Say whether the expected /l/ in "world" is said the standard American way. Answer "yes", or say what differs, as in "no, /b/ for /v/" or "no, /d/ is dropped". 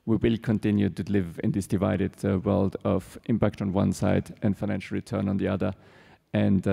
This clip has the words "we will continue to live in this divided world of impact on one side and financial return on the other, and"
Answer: yes